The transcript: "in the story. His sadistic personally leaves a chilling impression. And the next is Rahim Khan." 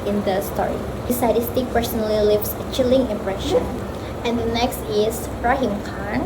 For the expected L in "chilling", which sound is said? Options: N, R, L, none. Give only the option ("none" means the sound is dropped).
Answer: L